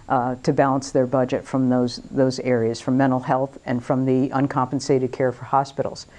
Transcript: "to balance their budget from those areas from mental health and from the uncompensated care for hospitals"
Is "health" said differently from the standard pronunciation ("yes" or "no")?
no